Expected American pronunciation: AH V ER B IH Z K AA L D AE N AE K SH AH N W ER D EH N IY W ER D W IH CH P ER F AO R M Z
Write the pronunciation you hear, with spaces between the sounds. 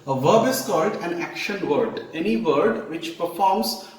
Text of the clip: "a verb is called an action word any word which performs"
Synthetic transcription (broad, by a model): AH V ER B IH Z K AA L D AE N AE K SH AH N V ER D EH N IY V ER D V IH CH P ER F AO R M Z